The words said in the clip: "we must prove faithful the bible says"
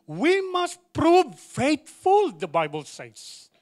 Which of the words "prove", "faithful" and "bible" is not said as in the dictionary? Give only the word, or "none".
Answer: faithful